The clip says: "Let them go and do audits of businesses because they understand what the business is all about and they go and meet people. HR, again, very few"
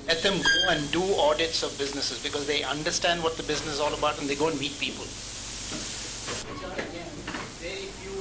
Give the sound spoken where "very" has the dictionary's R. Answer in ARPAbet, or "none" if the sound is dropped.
none